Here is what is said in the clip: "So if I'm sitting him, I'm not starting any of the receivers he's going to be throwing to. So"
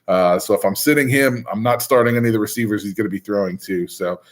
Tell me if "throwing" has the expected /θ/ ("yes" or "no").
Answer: yes